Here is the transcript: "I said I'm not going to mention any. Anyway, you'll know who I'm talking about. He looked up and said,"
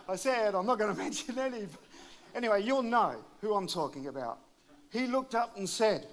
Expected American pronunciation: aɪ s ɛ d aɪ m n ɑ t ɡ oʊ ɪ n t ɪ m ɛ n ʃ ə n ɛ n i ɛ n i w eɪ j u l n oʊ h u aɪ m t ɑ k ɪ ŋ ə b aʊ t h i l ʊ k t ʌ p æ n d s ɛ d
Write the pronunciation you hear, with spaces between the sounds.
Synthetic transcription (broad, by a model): aɪ s ɛ d aɪ m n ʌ t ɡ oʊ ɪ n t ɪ m ɛ n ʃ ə n ɛ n i ɛ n i w eɪ j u l n oʊ h u aɪ m t ɑ k ɪ ŋ ə b aʊ t h i l ʊ k t ʌ p n s ɛ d